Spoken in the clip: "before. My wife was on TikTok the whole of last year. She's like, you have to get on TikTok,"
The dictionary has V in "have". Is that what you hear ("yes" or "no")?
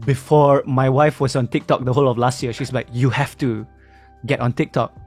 no